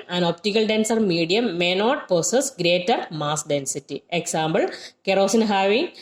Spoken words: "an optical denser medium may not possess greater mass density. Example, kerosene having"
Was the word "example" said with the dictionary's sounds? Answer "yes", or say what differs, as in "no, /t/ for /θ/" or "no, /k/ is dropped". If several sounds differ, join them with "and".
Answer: no, /b/ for /p/